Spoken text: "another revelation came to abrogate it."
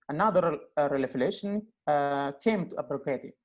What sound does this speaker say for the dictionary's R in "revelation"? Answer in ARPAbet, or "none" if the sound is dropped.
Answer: L